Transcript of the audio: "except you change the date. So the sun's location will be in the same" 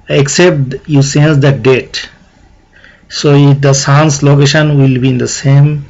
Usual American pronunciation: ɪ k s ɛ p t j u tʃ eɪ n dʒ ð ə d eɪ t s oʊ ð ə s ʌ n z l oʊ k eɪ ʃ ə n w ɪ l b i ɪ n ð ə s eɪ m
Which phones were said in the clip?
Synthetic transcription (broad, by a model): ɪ k s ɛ p t j u s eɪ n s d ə d eɪ t s oʊ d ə s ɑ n s l oʊ k eɪ ʃ ə n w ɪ l b i ɪ n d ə s eɪ m